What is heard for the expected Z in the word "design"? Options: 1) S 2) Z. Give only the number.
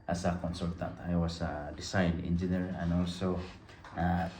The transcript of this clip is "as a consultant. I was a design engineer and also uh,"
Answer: 1